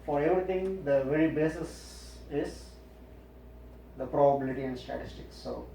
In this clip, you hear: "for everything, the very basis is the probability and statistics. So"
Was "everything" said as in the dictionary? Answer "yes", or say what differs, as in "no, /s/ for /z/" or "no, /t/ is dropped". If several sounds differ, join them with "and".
no, /t/ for /θ/